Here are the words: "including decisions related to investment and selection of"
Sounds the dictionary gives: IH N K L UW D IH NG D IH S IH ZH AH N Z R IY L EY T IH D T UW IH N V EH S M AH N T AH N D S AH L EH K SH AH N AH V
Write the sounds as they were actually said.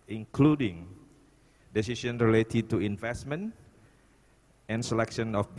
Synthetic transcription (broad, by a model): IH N K L UW D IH NG D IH S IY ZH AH N R IY L EY T IH D T UW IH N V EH S M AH N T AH N S AH L EH K SH AH N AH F